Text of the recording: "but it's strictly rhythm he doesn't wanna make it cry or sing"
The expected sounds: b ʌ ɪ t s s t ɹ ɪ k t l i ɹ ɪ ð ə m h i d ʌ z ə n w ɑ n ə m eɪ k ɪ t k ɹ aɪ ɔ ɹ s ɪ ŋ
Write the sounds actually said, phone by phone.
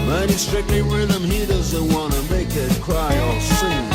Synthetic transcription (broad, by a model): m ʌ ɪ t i s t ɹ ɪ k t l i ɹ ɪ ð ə m h i d ʌ z ə n w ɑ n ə m eɪ k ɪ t k ɹ aɪ ɔ l s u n